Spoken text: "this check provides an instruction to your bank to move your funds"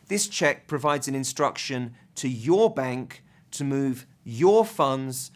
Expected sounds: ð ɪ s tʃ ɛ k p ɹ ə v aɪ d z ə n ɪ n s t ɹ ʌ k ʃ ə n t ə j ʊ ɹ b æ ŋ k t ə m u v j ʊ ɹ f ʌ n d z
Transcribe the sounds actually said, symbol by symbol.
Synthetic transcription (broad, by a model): ð ɪ s tʃ ɛ k p ɹ ə v aɪ d z ə n ɪ n s t ɹ ʌ k ʃ ə n t ə j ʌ b æ ŋ k t ə m u v j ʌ f ʌ n d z